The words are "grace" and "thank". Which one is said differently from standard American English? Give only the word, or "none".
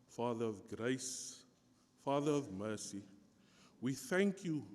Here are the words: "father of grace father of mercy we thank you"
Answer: none